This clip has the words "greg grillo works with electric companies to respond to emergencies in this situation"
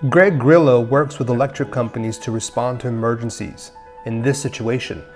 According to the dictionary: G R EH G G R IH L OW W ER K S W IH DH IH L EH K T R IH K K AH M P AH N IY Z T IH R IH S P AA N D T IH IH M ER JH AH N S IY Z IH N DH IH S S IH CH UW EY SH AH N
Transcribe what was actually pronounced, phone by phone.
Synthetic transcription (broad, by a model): G R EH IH G R IH L OW W ER K S W IH DH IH L EH K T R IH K K AH M P AH N IY Z T IH R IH S P AA N T IH IH M ER JH AH N S IY Z IH N DH IH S S IH CH UW EY SH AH N